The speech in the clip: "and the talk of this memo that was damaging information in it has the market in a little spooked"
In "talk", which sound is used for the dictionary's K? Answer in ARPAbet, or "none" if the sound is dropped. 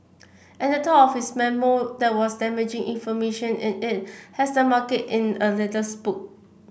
none